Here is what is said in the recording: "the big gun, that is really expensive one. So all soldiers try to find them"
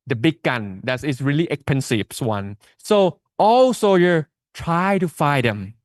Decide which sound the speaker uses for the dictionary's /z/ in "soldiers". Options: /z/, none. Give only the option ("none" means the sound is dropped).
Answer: none